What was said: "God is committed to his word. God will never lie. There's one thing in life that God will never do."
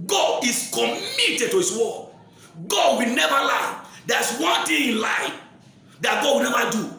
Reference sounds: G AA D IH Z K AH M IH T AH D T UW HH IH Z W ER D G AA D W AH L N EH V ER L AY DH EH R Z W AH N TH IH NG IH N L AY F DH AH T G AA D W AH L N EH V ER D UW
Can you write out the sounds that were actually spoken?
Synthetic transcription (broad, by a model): G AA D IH S K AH M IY T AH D T UW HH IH S W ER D G AA D W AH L N EH V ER L AY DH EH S W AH N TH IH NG IH N L AY F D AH T G AA D W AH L N EH V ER D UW